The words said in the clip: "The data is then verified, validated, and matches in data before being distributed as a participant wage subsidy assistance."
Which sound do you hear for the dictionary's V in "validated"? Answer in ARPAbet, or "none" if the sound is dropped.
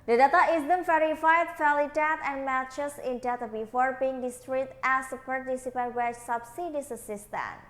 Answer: F